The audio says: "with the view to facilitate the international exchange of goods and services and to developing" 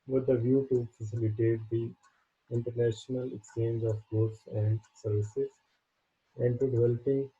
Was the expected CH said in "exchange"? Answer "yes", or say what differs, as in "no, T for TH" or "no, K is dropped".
yes